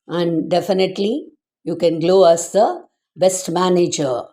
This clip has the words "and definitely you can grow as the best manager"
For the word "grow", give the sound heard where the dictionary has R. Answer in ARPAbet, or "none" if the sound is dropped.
L